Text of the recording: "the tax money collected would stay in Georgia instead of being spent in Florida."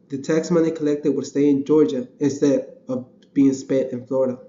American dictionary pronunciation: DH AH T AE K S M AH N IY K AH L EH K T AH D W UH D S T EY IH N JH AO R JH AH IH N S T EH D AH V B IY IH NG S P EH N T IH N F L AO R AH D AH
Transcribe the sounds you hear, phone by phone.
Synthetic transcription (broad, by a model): DH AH T AE K S M AH N IY K AH L EH K T AH D W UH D S T EY IH N JH AO R JH AH IH N S T EH D AH V B IY IH NG S P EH T IH N F L AO R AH D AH